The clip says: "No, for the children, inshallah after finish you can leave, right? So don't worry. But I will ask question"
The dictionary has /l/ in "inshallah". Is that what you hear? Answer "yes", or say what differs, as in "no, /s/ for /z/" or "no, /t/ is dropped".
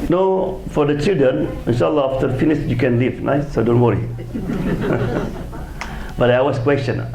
yes